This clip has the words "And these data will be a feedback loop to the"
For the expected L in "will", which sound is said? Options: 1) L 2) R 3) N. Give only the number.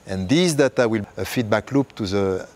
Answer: 1